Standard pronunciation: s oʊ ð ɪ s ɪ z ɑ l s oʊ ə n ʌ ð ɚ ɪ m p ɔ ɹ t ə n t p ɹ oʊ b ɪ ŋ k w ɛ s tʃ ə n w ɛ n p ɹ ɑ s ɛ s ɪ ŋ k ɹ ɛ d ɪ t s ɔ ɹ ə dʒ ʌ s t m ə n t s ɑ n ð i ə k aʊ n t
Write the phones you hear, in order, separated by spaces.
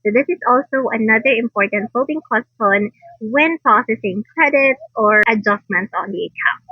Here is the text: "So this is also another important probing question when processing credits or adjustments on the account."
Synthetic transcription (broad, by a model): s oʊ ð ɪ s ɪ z ɑ l s oʊ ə n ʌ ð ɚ ɪ m p ɔ ɹ t ə n t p oʊ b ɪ ŋ k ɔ s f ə n w ɛ n p ɹ ɑ s ɛ s ɪ ŋ k ɹ ɛ d ɪ t s ɔ ɹ ə dʒ ʌ s t m ə n t s ɑ n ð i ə k aʊ n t